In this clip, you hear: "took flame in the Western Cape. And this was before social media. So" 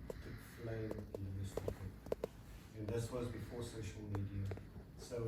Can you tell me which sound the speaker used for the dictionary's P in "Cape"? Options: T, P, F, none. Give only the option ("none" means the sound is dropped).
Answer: none